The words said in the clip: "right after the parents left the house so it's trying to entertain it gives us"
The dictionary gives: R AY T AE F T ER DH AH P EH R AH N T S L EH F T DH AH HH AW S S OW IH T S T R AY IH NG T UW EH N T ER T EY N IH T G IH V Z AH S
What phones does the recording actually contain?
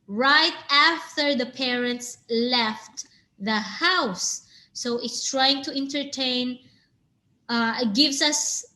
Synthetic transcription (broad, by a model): R AY T AE F T ER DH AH P EH R AH N T S L EH F T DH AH HH AW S S OW IH T S T R AY IH NG T UW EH N T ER T EY N IH T G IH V S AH S